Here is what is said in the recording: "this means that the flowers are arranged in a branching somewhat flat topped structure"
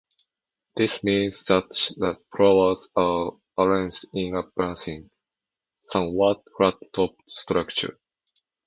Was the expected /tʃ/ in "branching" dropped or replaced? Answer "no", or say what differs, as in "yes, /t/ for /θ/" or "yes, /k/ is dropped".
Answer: yes, /s/ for /tʃ/